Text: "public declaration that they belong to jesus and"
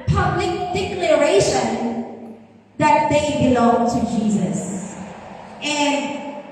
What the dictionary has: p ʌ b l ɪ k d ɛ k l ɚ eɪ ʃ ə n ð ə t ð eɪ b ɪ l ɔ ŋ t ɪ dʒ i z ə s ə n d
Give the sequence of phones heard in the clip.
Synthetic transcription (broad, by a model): p ʌ b l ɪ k d ɛ k l ɚ eɪ ʃ ə n ð ə t ð eɪ b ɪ l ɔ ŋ t ɪ dʒ i z ə s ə n